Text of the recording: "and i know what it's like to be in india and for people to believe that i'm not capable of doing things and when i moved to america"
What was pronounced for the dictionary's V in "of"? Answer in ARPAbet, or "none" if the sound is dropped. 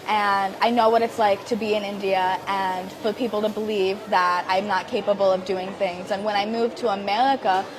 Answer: V